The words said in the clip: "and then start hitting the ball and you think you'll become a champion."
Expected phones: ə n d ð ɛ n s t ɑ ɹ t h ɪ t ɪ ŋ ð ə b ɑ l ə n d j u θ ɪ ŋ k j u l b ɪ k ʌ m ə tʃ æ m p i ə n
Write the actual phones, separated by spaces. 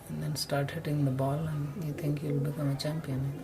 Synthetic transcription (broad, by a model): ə n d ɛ n s t ɑ ɹ t h ɪ t ɪ ŋ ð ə b ɑ l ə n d j u t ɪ ŋ k j u l b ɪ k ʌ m ə tʃ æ m p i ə n